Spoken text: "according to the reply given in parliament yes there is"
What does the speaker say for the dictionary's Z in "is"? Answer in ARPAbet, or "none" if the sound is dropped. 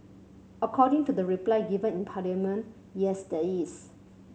S